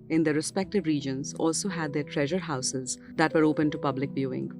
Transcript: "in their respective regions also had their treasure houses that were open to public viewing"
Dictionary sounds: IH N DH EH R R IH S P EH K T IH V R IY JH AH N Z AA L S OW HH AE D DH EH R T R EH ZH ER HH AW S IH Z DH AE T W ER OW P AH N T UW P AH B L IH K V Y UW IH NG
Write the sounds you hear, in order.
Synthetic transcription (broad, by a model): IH N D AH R R IH S P EH K T IH V R IY JH AH N Z AA L S OW HH AE D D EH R T R EH ZH ER HH AW S IH Z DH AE T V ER OW P AH N T UW P AH B L IH K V Y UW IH NG